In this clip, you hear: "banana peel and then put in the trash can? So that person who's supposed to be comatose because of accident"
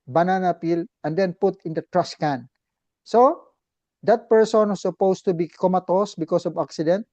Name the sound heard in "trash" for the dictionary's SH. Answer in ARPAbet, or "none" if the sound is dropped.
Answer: S